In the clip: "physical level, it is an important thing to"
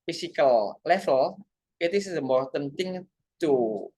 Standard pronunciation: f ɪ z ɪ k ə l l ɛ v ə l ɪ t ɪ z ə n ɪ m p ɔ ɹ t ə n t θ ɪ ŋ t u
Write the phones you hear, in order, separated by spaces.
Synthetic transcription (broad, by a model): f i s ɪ k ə l l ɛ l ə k ɪ t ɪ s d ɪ m ɔ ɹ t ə n t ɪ ŋ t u